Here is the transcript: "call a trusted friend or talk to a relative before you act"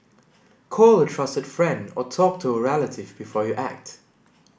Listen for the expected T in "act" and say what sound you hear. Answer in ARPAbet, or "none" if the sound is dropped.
T